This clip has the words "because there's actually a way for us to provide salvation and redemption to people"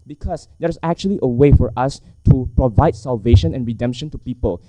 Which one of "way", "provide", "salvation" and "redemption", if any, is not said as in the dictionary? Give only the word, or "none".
none